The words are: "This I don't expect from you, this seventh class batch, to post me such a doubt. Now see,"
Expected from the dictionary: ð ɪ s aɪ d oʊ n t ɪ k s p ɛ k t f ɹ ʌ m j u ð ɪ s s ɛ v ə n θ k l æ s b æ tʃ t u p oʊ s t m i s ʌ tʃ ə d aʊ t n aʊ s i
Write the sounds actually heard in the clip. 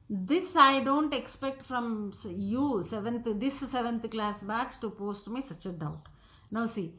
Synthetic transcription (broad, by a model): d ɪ s aɪ d oʊ n t ɪ k s p ɛ k t f ɹ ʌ m j u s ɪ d s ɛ v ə n t k l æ s b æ s t u p oʊ s t m i s ʌ tʃ ə d aʊ t n aʊ s i